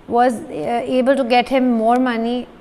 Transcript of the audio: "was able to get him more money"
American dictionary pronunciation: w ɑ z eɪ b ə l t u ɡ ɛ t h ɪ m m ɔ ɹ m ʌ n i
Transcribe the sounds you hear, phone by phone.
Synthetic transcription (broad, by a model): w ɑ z eɪ b ə l t u ɡ ɛ t h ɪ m m ɔ ɹ m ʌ n i